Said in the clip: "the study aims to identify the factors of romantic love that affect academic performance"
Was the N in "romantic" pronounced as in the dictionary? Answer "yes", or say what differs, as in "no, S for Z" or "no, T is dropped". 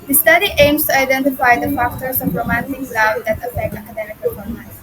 yes